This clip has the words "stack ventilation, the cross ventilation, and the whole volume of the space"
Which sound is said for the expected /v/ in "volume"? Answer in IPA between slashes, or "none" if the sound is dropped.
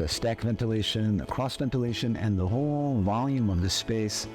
/v/